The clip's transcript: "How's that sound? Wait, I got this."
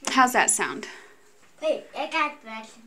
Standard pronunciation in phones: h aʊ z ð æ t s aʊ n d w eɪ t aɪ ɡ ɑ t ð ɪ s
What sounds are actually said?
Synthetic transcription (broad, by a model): h aʊ z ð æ t s aʊ n d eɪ aɪ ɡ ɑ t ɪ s